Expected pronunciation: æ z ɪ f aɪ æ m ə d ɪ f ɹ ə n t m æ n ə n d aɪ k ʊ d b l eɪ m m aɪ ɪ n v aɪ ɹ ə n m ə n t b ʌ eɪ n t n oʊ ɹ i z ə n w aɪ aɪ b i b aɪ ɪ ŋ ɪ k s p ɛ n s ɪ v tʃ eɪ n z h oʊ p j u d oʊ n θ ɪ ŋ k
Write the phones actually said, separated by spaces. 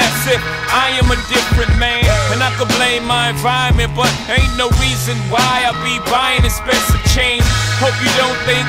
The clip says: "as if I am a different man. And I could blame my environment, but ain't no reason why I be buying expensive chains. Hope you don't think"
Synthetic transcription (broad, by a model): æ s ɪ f aɪ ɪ m ə d ɪ f ɹ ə n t m æ n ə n aɪ k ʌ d b l eɪ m m aɪ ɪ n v aɪ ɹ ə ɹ m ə n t b ʌ t n oʊ ɹ i z ə n w aɪ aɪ b i b aɪ ɪ ŋ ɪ s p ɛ s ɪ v tʃ eɪ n h oʊ p j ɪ d oʊ n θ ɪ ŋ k